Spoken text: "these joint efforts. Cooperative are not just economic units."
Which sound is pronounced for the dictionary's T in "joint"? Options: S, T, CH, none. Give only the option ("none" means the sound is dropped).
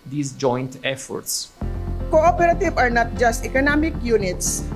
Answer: T